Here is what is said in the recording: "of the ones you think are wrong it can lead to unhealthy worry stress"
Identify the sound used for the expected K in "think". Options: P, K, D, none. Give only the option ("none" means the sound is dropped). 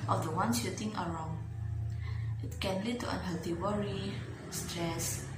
none